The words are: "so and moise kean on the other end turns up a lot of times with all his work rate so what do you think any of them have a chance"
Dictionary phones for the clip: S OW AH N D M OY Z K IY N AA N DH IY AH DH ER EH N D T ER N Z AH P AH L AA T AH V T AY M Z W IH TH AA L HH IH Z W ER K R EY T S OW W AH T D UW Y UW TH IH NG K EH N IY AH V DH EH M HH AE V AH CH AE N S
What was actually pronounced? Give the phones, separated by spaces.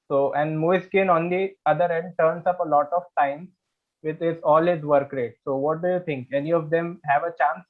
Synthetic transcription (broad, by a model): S OW AH N D M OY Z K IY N AA N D IY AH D ER EH N D T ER N S AH P AH L AA T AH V T AY M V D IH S AA L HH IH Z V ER K R EY T S OW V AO T D UW Y UW T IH NG K EH N IY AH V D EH M HH AE V AH CH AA N S